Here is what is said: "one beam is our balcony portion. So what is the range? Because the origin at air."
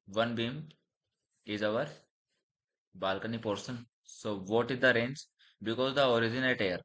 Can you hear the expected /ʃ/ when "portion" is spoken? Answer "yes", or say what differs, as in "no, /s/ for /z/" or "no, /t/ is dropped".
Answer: no, /s/ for /ʃ/